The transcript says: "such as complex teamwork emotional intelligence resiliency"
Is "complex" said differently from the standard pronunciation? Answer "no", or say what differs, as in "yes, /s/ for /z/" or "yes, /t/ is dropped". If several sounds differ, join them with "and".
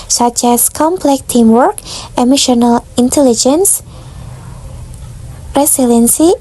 yes, /s/ is dropped